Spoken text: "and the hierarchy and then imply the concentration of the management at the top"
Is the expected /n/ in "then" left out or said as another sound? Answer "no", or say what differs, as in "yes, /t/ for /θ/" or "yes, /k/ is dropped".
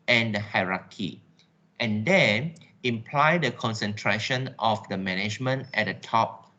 yes, /n/ is dropped